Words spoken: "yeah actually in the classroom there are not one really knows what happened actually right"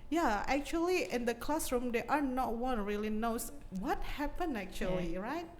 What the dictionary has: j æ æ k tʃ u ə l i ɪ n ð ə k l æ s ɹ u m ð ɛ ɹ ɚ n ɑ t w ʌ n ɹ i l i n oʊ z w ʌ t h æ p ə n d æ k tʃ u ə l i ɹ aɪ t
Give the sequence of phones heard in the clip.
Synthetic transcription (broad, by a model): j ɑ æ k tʃ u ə l i ɪ n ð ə k l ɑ s ɹ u m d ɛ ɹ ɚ n ɑ t w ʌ n ɹ i l i n oʊ s w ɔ t h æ p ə n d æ k tʃ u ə l i ɹ aɪ t